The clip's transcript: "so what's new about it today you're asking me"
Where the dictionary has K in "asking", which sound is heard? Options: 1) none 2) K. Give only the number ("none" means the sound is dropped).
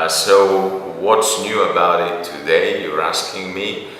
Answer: 2